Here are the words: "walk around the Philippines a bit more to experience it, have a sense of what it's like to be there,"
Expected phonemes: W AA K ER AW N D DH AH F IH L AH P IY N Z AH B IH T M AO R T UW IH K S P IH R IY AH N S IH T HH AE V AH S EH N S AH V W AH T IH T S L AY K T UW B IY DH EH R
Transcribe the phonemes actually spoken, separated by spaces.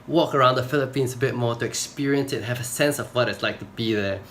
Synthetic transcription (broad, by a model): W AA K ER AW N D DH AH F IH L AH P IY N S AH B IH T M AO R T UW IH K S P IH R IY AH N S IH T HH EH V AH S EH N S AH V W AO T IH T S L AY K T UW B IY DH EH